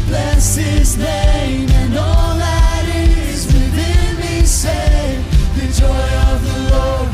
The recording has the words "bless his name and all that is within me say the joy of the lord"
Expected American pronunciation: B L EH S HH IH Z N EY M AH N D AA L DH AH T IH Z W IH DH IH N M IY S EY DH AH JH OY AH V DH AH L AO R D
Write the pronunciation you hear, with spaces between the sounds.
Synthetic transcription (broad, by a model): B L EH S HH IH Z N EY M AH N AA L DH AH T IH Z W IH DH IH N M IY S EY DH AH JH OY AH V DH AH L AO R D